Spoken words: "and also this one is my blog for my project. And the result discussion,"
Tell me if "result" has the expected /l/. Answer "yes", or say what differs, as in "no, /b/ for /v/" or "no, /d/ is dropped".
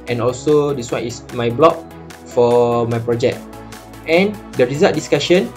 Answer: no, /l/ is dropped